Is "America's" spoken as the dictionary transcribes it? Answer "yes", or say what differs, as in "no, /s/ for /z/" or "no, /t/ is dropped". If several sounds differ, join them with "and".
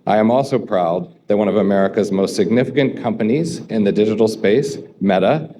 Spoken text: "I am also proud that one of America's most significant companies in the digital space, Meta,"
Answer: yes